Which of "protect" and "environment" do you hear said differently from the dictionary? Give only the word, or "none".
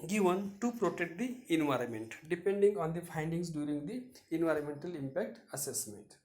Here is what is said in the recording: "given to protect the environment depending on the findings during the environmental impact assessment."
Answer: none